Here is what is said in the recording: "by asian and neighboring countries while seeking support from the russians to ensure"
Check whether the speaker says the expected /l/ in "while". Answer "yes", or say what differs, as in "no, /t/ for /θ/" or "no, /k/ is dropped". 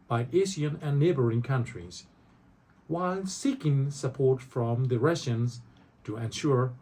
yes